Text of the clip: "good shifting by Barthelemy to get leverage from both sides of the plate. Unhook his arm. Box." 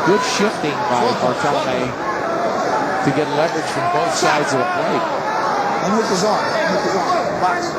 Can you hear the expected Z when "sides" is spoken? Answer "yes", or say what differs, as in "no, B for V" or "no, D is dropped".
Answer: yes